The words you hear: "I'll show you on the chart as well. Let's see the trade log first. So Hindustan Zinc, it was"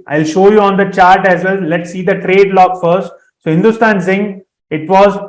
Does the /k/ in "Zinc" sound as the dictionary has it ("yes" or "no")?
no